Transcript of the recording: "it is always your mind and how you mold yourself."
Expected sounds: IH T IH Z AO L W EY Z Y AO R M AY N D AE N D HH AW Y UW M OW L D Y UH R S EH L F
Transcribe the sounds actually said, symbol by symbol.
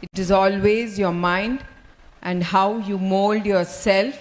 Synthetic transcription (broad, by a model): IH T IH Z AO L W EY Z Y AO R M AY N D AE N D HH AW Y UW M OW L D Y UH R S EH L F